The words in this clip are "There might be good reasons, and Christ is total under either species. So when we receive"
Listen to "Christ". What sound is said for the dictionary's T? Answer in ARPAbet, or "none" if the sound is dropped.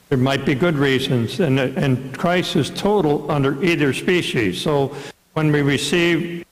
none